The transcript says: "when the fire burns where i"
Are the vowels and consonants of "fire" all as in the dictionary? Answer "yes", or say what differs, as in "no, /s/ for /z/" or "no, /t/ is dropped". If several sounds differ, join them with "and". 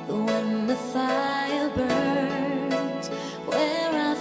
no, /l/ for /ɹ/